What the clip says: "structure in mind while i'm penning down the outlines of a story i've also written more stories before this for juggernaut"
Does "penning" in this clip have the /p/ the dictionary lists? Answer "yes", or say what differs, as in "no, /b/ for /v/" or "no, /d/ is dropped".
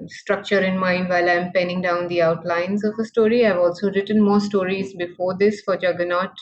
yes